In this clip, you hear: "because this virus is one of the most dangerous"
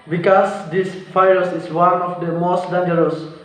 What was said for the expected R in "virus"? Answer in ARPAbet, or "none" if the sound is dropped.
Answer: none